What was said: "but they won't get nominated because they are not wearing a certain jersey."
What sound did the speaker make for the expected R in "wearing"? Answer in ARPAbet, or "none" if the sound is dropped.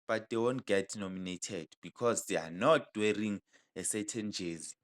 R